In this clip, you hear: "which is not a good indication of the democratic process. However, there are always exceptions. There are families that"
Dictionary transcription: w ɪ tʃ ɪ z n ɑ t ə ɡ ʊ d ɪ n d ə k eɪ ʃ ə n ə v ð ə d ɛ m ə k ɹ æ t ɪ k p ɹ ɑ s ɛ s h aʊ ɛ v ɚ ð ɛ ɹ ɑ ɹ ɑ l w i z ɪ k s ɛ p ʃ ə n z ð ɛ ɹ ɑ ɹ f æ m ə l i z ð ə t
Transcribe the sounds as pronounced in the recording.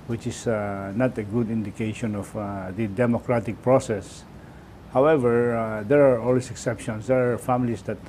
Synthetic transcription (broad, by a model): w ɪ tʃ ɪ s n ɑ t ə ɡ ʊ d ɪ n d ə k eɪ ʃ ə n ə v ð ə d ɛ m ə k ɹ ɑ t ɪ k p ɹ ɑ s ɛ s h aʊ ɛ v ɚ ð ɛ ɹ ɑ ɹ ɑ l w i s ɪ k s ɛ p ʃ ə n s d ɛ ɹ ɑ ɹ f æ m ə l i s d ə t